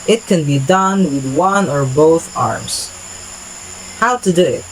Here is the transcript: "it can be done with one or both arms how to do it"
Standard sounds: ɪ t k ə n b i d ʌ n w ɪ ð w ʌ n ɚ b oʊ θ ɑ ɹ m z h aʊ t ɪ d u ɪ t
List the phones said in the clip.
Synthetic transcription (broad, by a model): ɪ t k ə n b i d ʌ n w ɪ ð w ʌ n ɚ b oʊ θ ɑ ɹ m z h aʊ t ɪ d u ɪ t